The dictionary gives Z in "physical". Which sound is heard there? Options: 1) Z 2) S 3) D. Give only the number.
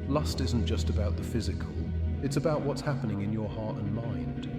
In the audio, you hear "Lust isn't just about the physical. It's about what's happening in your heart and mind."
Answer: 1